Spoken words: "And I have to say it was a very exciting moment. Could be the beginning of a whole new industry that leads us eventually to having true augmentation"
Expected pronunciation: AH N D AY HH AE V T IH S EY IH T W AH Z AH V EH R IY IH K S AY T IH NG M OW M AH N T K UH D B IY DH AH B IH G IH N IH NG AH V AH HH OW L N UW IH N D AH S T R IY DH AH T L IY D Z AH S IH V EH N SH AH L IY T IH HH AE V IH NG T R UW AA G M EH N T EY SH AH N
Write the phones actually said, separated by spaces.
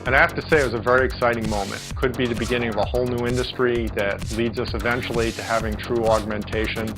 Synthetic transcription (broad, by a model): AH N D AY HH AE F T IH S EY IH T W AH Z AH V EH R IY IH K S AY T IH NG M OW M AH N T K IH D B IY DH AH B IH G IH N IH NG AH V AH HH OW L N UW IH N D AH S T R IY DH AH T L IY D Z AH S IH V EH N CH L IY T IH HH AE V IH NG T R UW AA G M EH N T EY SH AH N